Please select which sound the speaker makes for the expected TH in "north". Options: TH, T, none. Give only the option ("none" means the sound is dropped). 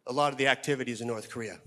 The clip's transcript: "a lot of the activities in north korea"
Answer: TH